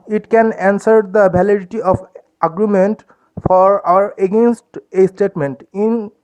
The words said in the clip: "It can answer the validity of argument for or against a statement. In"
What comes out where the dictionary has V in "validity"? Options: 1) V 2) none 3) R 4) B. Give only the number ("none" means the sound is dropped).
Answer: 4